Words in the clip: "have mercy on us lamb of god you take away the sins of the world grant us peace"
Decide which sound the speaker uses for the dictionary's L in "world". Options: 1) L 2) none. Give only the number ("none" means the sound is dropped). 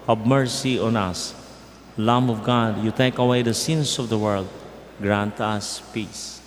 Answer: 1